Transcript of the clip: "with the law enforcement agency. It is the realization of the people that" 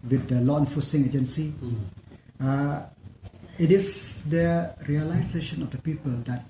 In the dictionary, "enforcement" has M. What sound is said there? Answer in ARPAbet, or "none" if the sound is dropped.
none